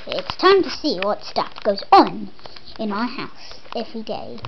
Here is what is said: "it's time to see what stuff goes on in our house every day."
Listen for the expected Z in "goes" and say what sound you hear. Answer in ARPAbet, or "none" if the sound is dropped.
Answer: Z